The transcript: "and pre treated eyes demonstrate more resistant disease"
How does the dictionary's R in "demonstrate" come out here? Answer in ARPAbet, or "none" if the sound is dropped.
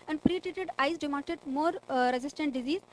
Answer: none